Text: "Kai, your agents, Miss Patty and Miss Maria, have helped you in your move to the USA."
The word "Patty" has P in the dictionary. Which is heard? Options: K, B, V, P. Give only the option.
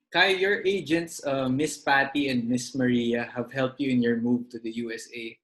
P